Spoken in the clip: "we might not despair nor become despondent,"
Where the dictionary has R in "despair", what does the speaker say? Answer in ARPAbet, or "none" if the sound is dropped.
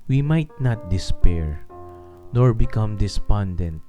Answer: R